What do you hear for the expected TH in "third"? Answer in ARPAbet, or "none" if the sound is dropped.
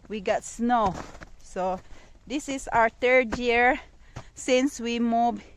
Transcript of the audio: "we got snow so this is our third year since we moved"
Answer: T